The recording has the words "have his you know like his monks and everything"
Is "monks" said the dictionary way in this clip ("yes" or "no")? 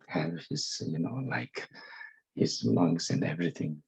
no